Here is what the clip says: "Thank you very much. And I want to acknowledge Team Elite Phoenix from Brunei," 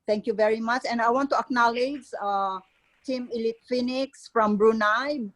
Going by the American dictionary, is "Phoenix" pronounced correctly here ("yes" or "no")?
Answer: yes